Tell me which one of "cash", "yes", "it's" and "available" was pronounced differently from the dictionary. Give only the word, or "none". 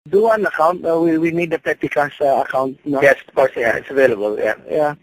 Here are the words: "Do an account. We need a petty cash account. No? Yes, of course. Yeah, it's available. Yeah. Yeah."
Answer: cash